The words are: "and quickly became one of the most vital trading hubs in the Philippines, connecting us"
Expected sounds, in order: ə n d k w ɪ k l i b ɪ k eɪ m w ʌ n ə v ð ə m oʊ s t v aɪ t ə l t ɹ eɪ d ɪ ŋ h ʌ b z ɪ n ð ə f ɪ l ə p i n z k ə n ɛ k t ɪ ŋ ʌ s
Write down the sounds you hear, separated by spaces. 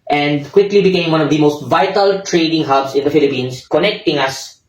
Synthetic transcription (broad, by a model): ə n d k w ɪ k l i b ɪ k eɪ m w ʌ n ə v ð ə m oʊ s t v aɪ t ə l t ɹ eɪ d ɪ ŋ h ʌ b s ɪ n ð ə f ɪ l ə p i n s k ə n ɛ k t ɪ ŋ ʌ s